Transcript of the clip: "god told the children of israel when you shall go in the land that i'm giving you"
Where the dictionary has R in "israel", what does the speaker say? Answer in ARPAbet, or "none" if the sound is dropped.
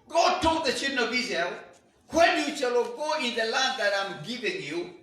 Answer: none